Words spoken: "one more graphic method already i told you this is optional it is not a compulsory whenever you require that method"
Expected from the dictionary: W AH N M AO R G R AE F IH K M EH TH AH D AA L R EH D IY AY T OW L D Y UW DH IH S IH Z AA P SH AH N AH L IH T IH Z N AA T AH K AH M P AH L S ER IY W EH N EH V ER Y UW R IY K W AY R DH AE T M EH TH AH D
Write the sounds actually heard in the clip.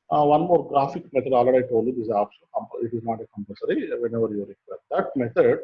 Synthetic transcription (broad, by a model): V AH N M AO R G R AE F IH K M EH T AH D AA L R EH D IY AY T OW L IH IH Z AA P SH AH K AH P IH T IH Z N AA T AH K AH M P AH S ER IY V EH N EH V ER Y UW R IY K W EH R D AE T M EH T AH D